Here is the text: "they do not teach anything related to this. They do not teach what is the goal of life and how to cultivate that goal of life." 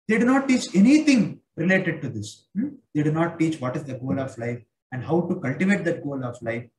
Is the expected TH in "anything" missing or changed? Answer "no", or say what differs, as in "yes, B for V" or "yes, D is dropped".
yes, T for TH